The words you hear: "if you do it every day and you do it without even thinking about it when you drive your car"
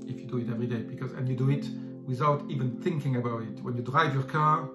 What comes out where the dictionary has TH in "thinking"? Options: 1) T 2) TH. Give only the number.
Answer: 2